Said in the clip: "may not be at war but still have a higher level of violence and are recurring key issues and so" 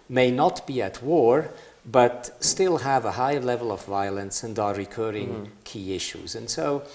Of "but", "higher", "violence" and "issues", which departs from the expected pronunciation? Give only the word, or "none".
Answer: none